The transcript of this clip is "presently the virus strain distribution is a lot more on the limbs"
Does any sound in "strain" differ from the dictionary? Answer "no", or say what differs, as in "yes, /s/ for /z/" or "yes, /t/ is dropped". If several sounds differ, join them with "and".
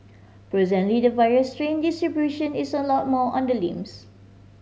no